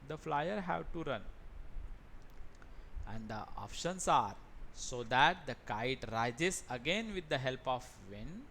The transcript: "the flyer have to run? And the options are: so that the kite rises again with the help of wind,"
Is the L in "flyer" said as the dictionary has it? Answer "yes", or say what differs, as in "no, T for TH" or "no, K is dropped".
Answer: yes